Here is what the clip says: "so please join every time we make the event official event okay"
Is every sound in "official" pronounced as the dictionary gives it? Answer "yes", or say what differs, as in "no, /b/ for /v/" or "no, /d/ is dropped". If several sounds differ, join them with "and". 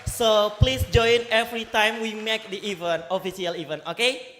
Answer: no, /s/ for /ʃ/